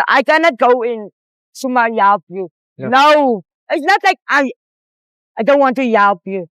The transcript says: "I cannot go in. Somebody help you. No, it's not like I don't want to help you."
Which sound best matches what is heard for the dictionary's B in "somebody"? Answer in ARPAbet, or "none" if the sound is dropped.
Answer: none